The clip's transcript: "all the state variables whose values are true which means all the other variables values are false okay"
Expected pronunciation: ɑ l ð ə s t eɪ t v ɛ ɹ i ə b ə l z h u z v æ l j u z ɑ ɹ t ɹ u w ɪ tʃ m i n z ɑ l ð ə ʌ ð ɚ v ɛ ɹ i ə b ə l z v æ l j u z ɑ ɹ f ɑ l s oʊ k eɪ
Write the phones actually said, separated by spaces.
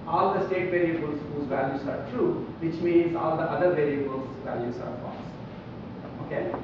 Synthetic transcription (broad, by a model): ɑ l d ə s t eɪ t v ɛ ɹ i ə b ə l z h u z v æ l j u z ɑ ɹ t ɹ u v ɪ tʃ m i n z ɑ l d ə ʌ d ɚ v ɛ ɹ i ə b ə l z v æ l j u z ɑ ɹ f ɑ s oʊ k eɪ